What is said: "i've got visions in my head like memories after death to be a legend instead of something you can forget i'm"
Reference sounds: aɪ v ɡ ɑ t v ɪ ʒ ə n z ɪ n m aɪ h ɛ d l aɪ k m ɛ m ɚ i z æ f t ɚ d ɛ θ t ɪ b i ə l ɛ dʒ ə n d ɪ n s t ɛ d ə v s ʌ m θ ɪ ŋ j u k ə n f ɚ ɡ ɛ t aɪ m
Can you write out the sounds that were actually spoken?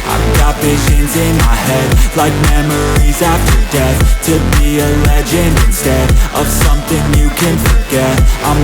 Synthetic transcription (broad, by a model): aɪ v ɡ ɑ t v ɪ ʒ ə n z ɪ n m aɪ h ɛ d l aɪ k m ɛ m ɚ i z æ f t ɚ d ɛ θ t ɪ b i ə l ɛ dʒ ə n ɪ n s t ɛ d ə v s ʌ m θ ɪ ŋ j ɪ k ə n f ɚ ɡ ɛ t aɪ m